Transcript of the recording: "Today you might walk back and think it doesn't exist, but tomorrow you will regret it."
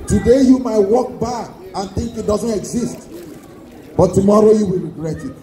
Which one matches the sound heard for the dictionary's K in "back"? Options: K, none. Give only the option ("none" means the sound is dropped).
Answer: none